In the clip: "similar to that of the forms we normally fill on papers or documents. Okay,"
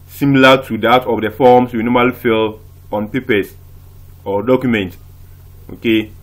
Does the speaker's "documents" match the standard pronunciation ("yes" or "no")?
no